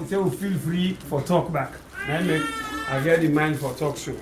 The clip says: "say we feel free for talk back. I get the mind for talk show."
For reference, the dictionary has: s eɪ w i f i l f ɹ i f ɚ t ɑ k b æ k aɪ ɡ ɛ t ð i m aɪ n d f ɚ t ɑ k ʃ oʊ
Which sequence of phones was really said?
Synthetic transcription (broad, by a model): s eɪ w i f i l f ɹ i f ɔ t ɑ k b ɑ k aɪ ɡ ɛ t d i m aɪ n d f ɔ t ɑ k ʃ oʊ